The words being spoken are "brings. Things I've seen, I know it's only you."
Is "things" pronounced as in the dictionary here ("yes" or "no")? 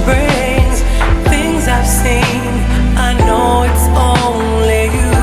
yes